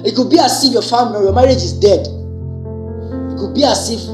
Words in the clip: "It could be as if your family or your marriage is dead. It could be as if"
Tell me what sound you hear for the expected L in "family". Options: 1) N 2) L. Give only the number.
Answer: 1